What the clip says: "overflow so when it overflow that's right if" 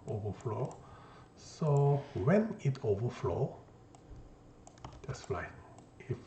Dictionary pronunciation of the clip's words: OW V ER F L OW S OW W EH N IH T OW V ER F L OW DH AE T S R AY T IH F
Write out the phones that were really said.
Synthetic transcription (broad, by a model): OW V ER F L OW S OW W EH N IH T OW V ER F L OW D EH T S L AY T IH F